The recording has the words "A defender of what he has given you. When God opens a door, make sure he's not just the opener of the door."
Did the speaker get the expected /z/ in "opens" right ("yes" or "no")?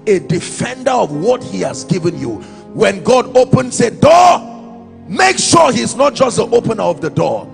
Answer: no